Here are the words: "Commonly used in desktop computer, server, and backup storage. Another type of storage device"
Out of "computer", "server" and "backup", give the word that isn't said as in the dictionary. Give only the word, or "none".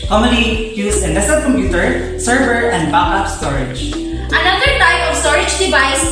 backup